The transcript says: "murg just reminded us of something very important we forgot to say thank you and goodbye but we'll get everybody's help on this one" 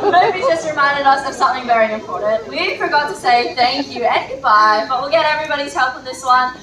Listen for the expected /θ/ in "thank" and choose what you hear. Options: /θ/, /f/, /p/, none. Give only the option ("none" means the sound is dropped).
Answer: /θ/